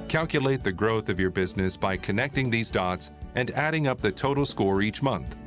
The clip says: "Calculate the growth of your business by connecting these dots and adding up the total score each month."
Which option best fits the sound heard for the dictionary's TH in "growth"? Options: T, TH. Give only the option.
TH